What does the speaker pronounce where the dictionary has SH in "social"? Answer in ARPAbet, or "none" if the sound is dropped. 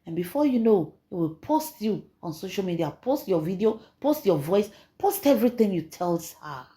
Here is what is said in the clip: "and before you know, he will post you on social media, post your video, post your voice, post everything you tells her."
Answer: SH